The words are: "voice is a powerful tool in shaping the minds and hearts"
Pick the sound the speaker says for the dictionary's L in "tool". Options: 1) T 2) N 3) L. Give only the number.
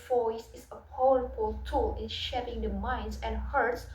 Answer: 3